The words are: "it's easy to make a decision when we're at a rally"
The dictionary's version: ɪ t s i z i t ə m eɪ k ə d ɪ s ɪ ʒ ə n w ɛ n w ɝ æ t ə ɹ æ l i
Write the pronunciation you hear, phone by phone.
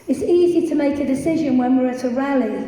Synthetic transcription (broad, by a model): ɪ t s i z i t ə m eɪ k ə d ɪ s ɪ ʒ ə n w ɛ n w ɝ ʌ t ə ɹ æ l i